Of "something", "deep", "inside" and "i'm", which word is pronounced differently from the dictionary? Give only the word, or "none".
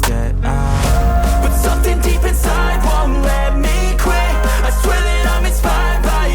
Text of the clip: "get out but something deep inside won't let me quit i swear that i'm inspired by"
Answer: none